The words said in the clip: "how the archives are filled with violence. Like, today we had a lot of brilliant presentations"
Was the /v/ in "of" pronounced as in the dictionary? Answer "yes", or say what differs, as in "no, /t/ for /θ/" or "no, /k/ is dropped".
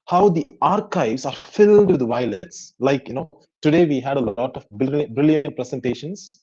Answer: no, /b/ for /v/